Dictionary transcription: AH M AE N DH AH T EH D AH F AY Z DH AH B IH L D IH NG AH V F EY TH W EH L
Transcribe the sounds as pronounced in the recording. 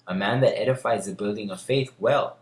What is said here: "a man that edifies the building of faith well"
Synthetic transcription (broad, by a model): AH M AE N DH AH T EH D AH F AY Z DH AH B IH L D IH NG AH V F EY TH W EH L